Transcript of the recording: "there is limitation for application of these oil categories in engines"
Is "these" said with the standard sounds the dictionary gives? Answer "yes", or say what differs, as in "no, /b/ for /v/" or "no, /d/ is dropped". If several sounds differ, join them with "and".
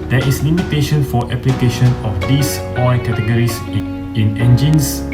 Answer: no, /s/ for /z/